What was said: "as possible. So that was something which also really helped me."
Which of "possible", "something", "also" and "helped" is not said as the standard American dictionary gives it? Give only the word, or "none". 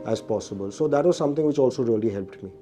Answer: something